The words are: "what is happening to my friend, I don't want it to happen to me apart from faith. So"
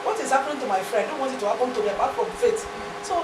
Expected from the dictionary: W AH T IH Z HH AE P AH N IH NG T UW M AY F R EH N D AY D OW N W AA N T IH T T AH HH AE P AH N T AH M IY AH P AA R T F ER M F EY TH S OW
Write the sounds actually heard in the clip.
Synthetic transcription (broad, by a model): W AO T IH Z HH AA P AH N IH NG T UW M AY F R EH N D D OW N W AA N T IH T T AH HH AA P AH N T AH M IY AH B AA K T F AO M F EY T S OW